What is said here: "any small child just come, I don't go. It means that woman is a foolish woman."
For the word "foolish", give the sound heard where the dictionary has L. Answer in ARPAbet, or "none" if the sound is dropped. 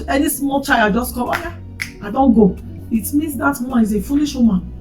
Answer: N